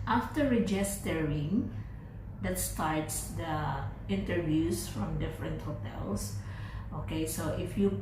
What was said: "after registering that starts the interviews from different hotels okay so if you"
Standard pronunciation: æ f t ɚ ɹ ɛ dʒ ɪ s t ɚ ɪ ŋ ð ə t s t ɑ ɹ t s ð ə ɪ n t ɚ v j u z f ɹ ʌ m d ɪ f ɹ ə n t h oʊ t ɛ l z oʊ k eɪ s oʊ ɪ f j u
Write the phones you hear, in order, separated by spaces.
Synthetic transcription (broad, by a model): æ f t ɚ ɹ ɛ dʒ ɪ s t ɚ ɪ ŋ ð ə t s t ɑ ɹ t s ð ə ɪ n t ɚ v j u s f ɹ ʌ m d ɪ f ɹ ə n t h oʊ t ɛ l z oʊ k eɪ s oʊ ɪ f j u